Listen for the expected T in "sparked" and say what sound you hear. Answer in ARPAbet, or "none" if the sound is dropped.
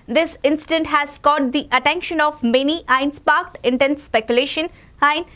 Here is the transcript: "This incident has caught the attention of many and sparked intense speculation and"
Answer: T